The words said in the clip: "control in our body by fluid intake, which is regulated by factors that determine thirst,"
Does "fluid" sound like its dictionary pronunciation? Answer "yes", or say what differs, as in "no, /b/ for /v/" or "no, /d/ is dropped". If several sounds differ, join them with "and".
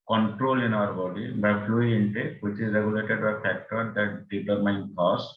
no, /d/ is dropped